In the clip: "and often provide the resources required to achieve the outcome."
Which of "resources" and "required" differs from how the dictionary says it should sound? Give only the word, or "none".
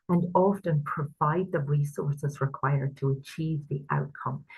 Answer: none